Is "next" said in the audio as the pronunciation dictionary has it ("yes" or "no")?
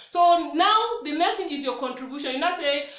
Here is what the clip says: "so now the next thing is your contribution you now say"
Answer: no